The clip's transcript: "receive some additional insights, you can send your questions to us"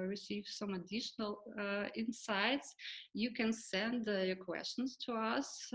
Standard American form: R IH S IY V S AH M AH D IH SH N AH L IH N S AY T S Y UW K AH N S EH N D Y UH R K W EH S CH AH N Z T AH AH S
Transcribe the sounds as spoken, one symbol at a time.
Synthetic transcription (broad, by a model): R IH S IY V S AH M AH D IH SH N AH L IH N S AY T S Y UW K AH N S EH N D Y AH R K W EH S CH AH N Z T AH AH S